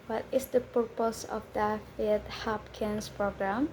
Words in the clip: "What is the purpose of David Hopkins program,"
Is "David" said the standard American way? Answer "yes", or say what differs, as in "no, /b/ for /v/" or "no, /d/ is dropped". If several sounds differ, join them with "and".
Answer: no, /f/ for /v/